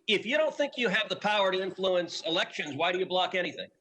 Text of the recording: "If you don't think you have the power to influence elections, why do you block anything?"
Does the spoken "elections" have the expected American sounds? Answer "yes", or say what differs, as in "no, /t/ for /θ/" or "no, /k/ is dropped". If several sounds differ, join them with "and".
yes